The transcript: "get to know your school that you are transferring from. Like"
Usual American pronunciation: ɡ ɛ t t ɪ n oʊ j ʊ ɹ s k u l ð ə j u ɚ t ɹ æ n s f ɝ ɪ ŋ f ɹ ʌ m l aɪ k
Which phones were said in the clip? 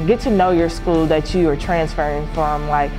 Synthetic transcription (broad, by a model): ɡ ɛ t t ɪ n oʊ j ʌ ɹ s k u l ð ə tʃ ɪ ɚ t ɹ æ n s f ɝ ɪ ŋ f ɹ ʌ m l aɪ k